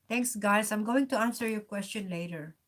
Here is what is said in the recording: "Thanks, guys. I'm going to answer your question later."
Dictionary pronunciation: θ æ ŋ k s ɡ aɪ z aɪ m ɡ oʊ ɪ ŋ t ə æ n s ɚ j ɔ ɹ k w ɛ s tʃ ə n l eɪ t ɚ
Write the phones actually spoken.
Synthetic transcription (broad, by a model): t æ ŋ k s ɡ aɪ s aɪ m ɡ oʊ ɪ ŋ t ə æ n s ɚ j ɔ ɹ k w ɛ s tʃ ə n l eɪ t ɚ